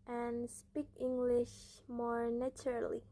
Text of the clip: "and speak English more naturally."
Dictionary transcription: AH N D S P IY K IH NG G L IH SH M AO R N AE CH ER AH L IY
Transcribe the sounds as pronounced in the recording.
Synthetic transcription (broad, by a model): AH N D S P IY K IH NG G L IH SH M AO R N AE CH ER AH L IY